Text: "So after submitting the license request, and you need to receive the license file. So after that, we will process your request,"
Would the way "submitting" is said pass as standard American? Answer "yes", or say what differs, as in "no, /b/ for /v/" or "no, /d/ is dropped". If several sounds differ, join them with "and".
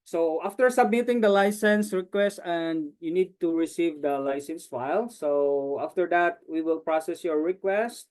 yes